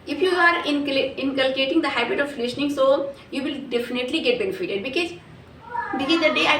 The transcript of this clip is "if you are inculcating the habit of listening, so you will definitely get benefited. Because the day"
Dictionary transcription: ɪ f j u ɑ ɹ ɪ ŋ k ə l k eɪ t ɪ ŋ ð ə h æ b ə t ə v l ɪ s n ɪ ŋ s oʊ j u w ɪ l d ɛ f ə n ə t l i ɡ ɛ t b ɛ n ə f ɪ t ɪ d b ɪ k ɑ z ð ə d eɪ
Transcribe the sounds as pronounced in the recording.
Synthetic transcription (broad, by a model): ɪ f j u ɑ ɹ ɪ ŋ k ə l k eɪ t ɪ ŋ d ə h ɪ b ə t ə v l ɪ ʃ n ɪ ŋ s oʊ j u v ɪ l d ɛ f ə n ə t l i ɡ ɛ t b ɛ n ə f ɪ t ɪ d b ɪ k ɑ z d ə d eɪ